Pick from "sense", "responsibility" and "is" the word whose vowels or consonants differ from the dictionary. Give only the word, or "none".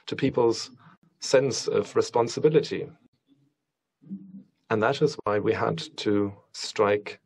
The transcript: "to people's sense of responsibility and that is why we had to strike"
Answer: none